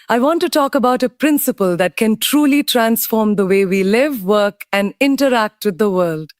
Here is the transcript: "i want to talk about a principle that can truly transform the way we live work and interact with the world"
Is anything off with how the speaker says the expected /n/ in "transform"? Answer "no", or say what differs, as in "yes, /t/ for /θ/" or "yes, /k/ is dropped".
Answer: no